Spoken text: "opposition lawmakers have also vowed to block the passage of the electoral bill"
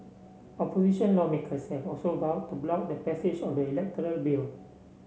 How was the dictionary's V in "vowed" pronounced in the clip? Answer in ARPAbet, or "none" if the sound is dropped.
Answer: B